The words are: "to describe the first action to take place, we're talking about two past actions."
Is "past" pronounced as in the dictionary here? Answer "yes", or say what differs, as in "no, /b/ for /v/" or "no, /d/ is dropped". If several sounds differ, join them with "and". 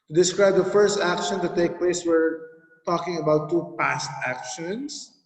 yes